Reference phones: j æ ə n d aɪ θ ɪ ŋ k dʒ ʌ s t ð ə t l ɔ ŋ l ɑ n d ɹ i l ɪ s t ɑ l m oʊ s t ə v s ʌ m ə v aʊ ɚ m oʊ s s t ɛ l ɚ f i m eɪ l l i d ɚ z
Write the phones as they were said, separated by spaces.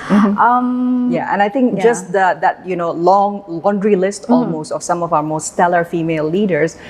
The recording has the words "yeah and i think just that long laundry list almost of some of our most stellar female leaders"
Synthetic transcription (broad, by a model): j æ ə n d aɪ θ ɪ ŋ k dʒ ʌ s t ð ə t l ɔ ŋ l ɑ n d ɹ i l ɪ s t ɑ l m oʊ s t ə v s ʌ m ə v aʊ ɚ m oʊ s s t ɛ l ɚ f i m eɪ l l i d ɚ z